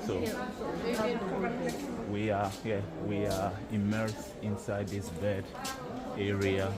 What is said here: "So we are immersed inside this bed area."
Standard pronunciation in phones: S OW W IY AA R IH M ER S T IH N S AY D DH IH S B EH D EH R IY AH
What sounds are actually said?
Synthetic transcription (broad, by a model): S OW W IY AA W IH M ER S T IH N S AY D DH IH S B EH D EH R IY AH